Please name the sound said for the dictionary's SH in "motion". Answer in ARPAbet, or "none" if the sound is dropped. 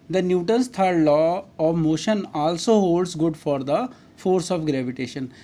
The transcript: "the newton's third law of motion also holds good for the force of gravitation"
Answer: SH